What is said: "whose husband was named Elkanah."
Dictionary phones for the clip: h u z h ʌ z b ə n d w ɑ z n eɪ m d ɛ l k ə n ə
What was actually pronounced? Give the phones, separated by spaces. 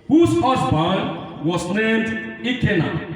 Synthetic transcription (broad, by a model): h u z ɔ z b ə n w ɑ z n eɪ m d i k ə n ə